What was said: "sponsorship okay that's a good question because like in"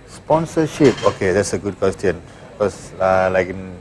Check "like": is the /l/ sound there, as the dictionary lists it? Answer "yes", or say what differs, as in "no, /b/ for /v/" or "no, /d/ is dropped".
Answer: yes